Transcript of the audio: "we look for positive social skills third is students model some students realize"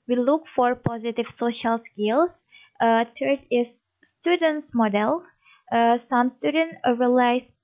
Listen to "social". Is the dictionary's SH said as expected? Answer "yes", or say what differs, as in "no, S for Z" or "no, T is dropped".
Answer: yes